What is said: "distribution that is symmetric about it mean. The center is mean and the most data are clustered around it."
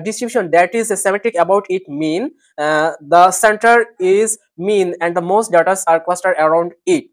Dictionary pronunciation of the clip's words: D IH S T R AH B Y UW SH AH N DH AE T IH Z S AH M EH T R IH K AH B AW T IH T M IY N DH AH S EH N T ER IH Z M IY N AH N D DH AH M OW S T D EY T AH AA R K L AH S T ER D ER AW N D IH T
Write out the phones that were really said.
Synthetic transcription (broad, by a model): D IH S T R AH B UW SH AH N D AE T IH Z S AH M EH T IH K AH B AW T IH T M IY N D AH S EH N T ER IH Z M IY N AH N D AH M OW S T D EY T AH AA R K L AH S T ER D ER AW N D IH T